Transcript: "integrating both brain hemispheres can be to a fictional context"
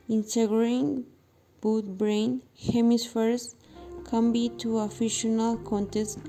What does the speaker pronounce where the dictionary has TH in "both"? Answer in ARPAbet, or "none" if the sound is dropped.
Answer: T